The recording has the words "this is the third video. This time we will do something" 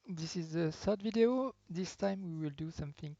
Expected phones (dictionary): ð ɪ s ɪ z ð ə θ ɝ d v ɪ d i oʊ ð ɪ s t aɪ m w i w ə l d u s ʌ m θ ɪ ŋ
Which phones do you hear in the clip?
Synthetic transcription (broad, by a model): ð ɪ s ɪ z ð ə s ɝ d v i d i oʊ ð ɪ s t aɪ m w i w ə l d u s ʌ m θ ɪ ŋ